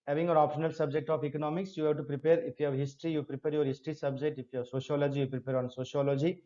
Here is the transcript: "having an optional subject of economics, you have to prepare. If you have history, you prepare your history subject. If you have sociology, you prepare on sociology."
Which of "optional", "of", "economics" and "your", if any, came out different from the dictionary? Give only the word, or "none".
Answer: of